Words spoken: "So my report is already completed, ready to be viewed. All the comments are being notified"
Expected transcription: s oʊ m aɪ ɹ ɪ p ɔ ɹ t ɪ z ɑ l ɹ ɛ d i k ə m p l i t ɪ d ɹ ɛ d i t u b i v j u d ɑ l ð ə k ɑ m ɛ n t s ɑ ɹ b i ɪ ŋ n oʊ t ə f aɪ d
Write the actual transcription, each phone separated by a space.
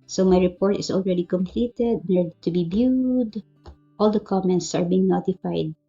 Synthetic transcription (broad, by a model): s oʊ m aɪ ɹ ɪ p ɔ ɹ t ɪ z ɑ l ɹ ɛ d i k ə m p l i t ɪ d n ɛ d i t u b i b j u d ɑ l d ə k ɑ m ɛ n t s ɑ ɹ b i ɪ ŋ n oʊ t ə f aɪ d